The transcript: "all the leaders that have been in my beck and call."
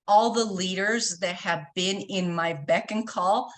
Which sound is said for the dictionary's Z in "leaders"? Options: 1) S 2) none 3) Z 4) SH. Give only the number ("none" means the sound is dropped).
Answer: 3